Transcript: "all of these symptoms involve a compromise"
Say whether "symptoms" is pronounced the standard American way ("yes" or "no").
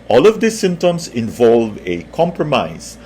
no